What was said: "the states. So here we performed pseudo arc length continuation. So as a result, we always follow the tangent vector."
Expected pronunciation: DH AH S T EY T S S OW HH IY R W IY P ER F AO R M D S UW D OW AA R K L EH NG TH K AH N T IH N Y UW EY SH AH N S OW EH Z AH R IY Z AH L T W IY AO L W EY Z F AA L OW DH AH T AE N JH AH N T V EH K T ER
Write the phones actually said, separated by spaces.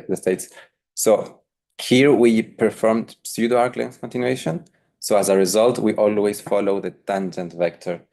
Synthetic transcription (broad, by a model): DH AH S T EY T S S OW HH IY R W IY P ER F AO R M D S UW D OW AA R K L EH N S K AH N T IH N Y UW EY SH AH N S OW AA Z AH R IY Z AH L T W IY AO L W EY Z F AA L OW DH AH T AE N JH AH N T V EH K T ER